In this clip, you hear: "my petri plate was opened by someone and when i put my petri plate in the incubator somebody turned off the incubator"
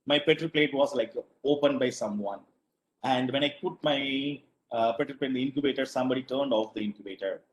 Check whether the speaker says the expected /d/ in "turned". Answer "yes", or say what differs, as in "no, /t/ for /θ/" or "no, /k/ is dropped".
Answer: yes